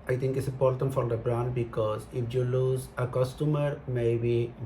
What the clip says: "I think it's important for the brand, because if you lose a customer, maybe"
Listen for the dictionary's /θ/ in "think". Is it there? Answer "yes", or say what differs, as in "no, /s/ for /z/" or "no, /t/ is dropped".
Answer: no, /t/ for /θ/